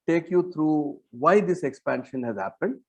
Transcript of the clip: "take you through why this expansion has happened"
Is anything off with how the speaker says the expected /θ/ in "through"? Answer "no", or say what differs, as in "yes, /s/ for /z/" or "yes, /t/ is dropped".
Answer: yes, /t/ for /θ/